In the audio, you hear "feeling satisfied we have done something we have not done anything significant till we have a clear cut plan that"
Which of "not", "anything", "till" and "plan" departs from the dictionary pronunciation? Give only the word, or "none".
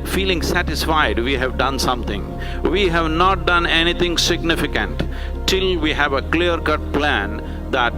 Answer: anything